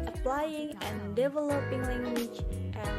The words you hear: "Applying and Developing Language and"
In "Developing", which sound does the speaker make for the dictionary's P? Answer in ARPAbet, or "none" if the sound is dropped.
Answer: P